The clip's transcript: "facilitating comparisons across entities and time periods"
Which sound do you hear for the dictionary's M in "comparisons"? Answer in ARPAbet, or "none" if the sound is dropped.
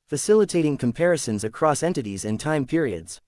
M